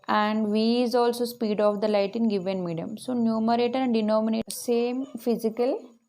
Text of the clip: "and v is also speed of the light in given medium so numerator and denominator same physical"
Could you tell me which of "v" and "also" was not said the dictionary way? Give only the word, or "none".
none